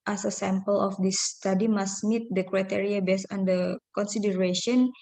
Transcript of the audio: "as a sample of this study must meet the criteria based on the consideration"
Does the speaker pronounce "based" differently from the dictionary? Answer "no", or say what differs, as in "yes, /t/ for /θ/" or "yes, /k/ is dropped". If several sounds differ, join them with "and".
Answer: yes, /t/ is dropped